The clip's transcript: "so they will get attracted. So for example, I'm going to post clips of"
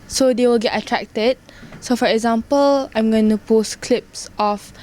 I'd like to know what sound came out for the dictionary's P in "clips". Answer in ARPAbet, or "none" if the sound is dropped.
P